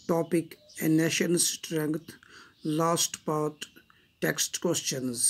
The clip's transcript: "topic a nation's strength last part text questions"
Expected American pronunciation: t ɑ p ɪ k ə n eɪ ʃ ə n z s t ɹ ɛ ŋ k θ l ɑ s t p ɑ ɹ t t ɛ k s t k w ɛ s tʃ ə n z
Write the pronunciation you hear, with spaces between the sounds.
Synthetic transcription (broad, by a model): t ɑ p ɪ k ə n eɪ ʃ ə n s t ɹ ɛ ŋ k t l ɑ s t p ɑ ɹ t t ɛ k s t k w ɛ s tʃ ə n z